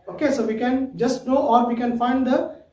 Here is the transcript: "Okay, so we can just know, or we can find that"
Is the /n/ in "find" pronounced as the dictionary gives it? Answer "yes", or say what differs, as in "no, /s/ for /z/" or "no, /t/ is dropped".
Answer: yes